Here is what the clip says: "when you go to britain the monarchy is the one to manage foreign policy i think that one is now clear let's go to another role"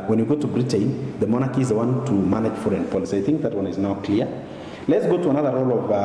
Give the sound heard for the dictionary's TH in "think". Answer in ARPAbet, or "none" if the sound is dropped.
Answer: TH